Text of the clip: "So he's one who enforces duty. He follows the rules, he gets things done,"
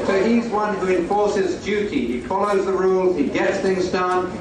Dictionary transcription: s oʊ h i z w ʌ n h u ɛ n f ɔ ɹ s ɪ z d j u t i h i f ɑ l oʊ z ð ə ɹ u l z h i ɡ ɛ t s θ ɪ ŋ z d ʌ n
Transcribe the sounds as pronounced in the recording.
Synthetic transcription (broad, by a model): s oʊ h i z w ʌ n h u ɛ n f ɔ ɹ s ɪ z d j u t i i f ɑ l oʊ z ð ə ɹ u l z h i ɡ ɛ t s θ ɪ ŋ z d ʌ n